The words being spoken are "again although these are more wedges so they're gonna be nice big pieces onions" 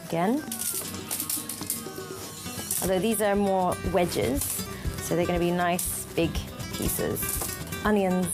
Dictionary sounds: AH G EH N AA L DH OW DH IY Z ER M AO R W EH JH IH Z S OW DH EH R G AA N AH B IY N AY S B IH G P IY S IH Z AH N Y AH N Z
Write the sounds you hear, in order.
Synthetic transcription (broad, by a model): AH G EH N AA L DH OW DH IY Z ER M AO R W EH JH IH Z S OW DH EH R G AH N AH B IY N AY S B IH G P IY S IH Z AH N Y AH N